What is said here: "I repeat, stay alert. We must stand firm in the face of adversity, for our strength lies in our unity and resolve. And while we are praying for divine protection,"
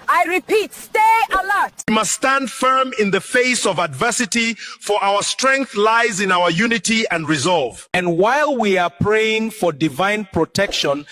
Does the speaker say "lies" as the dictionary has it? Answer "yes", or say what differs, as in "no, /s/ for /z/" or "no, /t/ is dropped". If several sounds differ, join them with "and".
yes